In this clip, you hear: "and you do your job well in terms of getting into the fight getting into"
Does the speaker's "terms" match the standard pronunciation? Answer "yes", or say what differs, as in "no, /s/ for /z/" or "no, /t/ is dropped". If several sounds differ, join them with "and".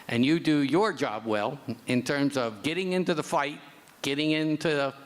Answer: yes